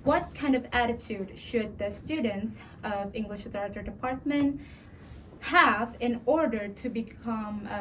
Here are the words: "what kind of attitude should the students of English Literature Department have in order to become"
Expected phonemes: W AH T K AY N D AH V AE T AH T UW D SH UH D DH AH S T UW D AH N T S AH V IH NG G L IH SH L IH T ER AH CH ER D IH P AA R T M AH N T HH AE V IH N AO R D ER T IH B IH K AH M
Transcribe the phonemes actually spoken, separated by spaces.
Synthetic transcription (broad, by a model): W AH T K AY N D AH V AE T AH T UW D SH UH D DH AH S T UW D N T S AH V IH NG G L IH SH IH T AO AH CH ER D IH P AA R T M AH N T HH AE V IH N AO R D ER T IH B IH K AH M